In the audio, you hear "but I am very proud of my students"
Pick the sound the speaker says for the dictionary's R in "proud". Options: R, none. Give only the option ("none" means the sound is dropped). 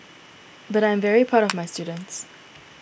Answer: none